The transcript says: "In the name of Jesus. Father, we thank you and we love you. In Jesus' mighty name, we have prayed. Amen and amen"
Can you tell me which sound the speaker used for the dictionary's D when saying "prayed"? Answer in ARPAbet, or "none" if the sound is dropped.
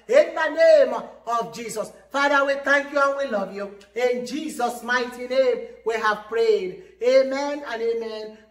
D